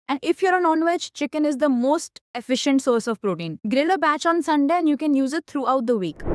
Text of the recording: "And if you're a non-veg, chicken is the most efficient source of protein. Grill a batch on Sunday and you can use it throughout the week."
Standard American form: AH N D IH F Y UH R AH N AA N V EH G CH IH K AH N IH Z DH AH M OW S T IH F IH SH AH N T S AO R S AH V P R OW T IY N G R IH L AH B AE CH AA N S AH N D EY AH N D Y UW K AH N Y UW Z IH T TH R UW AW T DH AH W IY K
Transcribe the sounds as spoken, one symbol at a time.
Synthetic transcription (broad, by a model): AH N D IH F Y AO R AH N AA N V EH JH CH IH K AH N IH Z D AH M OW S T IH F IH SH AH N T S AO R S AH V P R OW T IY N G R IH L AH B AE CH AA N S AH N D EY AH N D Y UW K AH N Y UW Z IH T T R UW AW T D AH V IY K